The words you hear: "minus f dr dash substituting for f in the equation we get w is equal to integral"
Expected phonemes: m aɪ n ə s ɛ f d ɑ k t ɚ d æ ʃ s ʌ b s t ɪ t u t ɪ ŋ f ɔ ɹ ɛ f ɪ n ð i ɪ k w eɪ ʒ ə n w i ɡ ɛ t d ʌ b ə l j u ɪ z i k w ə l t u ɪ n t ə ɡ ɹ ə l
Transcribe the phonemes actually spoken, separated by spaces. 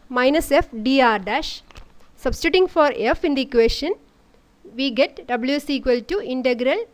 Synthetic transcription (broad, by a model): m aɪ n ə s ɛ f d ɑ t d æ ʃ s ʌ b s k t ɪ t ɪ ŋ f ɔ ɹ ɛ f ɪ n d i k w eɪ ʃ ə n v i ɡ ɛ t d ʌ b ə l j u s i k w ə l t u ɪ n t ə ɡ ɹ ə l